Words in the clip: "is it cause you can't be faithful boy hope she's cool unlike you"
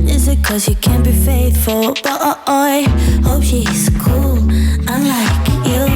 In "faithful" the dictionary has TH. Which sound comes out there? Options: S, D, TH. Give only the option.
TH